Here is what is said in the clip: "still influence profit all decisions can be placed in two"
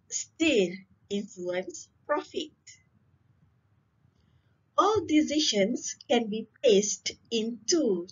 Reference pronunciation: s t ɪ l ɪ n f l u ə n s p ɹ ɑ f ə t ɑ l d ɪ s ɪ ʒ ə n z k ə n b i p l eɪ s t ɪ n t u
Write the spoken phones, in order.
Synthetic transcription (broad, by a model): s t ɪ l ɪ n f l u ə n s p ɹ ɑ f ə t ɑ l d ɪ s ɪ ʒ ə n s k ə n b i p l eɪ s t ɪ n t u